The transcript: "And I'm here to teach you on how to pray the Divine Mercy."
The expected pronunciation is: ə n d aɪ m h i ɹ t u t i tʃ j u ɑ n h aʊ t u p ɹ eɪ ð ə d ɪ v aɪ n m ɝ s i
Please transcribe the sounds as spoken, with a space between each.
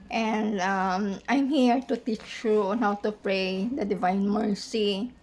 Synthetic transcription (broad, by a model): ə n d aɪ m h i ɹ t u t i tʃ j u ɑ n h aʊ t u p ɹ eɪ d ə d ɪ v aɪ n m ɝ s i